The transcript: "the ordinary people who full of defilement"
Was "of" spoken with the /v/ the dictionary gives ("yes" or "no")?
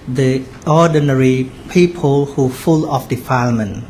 no